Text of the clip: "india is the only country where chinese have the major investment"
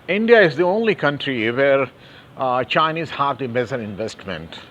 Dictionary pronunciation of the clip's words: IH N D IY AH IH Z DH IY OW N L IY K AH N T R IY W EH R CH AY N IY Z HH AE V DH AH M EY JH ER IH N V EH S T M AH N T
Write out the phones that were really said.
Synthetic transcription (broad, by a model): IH N D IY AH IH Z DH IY OW N L IY K AH N T R IY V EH R CH AY N IY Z HH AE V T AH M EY Z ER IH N V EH S T M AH N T